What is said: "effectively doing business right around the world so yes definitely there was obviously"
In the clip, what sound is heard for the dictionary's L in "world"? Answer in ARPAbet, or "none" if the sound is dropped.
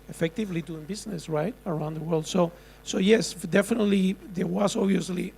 L